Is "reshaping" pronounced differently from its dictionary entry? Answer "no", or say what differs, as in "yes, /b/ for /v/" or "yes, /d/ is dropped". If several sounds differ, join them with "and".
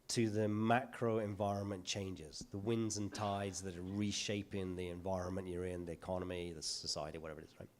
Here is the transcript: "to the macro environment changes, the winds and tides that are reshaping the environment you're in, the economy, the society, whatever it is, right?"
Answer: no